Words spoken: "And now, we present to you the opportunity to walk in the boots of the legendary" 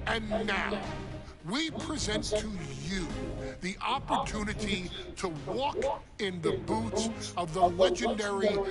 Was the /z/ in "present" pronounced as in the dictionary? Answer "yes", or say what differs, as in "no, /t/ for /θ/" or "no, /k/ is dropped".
yes